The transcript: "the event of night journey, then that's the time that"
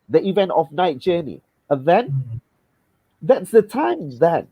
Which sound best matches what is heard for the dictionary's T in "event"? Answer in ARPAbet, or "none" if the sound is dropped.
T